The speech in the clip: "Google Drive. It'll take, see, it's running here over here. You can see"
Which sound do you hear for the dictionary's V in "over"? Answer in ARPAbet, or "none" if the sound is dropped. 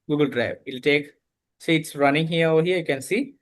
none